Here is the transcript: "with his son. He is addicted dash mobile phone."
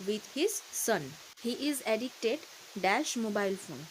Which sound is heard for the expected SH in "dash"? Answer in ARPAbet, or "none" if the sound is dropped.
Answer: SH